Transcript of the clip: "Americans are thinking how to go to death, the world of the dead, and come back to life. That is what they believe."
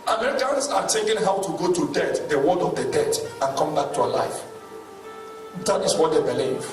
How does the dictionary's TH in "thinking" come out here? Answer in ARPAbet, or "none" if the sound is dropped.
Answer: T